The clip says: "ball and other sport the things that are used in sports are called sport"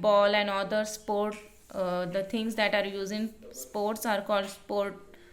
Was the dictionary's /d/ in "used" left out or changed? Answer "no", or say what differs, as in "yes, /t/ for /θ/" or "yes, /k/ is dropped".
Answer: yes, /d/ is dropped